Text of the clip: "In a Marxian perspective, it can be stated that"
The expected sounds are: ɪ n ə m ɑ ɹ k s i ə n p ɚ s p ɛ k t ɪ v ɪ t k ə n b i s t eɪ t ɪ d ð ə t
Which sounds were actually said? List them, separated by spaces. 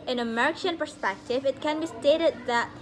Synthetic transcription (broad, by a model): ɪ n ə m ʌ ɹ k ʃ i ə n p ɚ s p ɛ k t ɪ v ɪ t k ə n b i s t eɪ t ɪ d ð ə t